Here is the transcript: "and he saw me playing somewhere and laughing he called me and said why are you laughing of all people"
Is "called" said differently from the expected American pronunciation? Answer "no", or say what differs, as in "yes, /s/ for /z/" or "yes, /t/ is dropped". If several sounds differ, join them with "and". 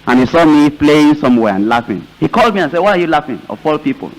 no